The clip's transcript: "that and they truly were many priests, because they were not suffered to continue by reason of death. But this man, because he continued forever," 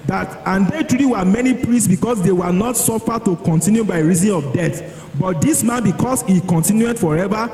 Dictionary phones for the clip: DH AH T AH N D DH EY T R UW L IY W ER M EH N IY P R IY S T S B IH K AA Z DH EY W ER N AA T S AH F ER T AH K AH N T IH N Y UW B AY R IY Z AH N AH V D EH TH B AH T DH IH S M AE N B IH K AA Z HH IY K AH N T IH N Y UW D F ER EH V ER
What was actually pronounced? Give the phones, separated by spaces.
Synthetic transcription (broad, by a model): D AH T AH N D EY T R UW IY W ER M EH N IY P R IY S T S B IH K AA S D EY W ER N AA T S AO F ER T AH K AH N T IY N Y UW B AY R IY Z AH N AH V D EH T B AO T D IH S M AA N B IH K AA S HH IY K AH N T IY N Y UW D F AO EH V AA